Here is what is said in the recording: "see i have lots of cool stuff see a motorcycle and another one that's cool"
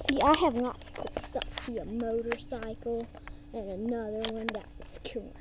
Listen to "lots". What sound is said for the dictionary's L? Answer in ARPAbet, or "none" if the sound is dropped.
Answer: N